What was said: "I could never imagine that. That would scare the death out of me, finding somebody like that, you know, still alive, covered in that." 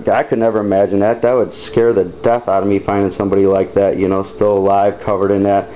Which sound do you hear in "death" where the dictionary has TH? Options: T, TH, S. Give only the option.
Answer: TH